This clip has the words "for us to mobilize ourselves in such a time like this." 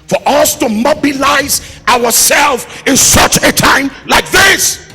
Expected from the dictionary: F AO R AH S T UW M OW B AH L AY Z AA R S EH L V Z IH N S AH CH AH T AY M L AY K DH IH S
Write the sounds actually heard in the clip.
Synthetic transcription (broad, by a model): F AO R AH S T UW M OW B AH L AY Z AA R S EH L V IH N S AH CH AH T AY M L AY K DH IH S